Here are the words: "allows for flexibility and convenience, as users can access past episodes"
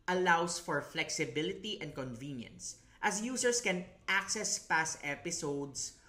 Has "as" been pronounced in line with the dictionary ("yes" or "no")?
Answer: no